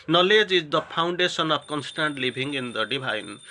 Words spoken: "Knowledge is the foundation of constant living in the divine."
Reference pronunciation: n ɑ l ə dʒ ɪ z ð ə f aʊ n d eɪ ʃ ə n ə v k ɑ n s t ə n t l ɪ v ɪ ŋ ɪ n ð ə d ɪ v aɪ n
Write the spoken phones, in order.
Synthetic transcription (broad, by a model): n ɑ l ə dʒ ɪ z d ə p aʊ n d eɪ s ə n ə p k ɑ n s t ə n t l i b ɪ ŋ ɪ n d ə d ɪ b aɪ n